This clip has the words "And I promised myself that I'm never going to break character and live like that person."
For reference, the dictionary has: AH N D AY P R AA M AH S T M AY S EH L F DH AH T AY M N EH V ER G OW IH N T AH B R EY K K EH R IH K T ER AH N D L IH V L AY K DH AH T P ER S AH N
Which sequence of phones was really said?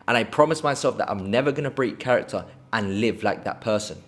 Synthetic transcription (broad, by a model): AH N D AY P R AA M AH S M AY S EH L F DH AH T AY M N EH V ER G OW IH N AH B R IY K K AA R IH K T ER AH N L IH V L AY K DH AH T P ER S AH N